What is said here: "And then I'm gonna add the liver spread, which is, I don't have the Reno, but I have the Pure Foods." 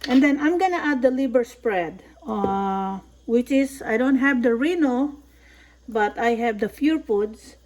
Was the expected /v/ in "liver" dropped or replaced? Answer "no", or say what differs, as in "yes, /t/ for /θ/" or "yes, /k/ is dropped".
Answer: yes, /b/ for /v/